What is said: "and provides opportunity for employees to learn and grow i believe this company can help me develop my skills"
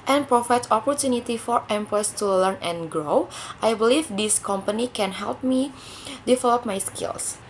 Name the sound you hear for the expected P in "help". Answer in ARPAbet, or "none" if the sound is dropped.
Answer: P